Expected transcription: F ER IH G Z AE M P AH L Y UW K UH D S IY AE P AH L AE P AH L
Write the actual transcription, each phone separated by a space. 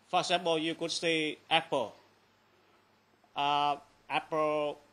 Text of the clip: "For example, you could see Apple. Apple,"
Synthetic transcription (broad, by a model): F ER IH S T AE P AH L Y UW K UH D S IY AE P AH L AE P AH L